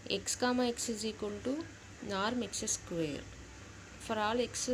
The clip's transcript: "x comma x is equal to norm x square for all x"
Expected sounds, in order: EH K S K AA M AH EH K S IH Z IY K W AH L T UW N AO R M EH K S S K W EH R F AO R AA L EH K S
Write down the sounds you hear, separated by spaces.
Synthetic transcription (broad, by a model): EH K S K AA M AH EH K S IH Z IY K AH N T UW N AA R M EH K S S K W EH R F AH R AA L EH K S